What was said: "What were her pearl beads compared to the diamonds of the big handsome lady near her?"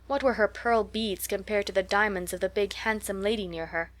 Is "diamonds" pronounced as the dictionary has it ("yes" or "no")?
yes